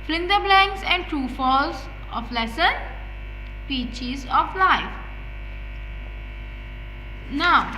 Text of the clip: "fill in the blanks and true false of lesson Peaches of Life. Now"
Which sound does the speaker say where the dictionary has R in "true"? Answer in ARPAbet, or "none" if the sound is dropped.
none